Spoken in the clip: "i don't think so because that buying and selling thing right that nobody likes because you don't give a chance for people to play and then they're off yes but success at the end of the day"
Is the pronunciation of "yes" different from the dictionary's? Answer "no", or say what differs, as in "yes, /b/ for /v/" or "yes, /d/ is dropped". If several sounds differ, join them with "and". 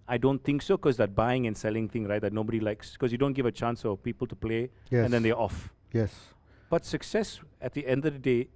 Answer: no